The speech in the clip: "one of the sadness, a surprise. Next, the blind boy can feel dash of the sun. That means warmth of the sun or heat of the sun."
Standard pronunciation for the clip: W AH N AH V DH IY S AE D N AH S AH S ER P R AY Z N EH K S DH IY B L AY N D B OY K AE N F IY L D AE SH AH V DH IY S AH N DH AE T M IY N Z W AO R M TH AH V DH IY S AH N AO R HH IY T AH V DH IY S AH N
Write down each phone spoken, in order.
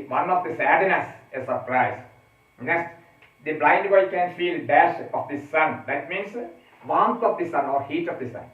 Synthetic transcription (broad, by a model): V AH N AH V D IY S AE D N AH S AH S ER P R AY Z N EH S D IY B L AY N D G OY K AE N F IY L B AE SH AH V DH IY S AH N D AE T M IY N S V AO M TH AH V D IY S AH N AO R HH IY T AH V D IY S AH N